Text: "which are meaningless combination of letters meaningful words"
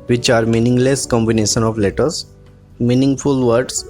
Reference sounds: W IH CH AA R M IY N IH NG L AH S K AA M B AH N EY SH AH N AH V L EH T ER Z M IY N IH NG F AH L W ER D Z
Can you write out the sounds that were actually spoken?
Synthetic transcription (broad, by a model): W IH CH AA R M IY N IH NG L AH S K AA M B AH N EY SH AH N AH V L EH T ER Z M IY N IH NG F AH L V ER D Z